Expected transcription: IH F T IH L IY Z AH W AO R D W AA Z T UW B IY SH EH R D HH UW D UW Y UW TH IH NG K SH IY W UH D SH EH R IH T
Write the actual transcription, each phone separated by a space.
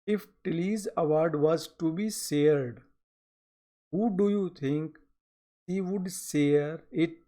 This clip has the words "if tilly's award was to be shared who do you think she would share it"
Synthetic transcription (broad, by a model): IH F T IH L IY Z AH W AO R D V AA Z T UW B IY S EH R D HH UW D UW Y UW T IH NG K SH IY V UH D S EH R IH T